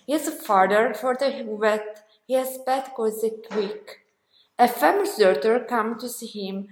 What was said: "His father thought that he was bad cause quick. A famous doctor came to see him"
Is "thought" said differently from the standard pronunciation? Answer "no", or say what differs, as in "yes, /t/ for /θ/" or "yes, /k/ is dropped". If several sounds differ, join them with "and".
yes, /f/ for /θ/